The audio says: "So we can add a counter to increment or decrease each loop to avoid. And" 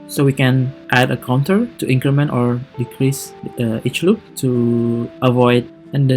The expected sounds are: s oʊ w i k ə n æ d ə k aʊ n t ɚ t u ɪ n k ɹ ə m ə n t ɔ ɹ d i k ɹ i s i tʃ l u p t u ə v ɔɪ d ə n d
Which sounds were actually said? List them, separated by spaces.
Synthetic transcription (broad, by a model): s oʊ w i k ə n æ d ə k aʊ n t ɚ t u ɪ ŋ k ɹ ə m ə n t ɔ ɹ d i k ɹ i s i tʃ l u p t u ə v ɔɪ d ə n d